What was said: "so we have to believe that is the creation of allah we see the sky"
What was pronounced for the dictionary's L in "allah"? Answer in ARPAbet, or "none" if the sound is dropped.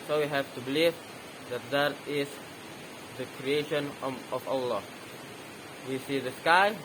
L